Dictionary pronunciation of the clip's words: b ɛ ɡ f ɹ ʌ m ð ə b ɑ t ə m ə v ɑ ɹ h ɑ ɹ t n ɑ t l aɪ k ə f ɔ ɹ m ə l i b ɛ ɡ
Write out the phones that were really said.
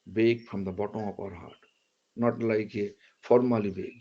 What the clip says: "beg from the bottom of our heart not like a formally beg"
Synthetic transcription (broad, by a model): b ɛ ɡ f ɹ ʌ m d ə b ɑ t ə ə p ɑ ɹ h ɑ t n ɑ t l aɪ k ə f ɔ ɹ m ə l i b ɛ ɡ